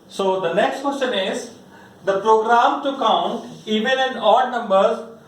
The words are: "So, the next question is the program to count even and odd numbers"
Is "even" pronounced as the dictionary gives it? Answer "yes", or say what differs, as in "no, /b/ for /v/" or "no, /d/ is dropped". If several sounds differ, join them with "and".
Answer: no, /l/ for /n/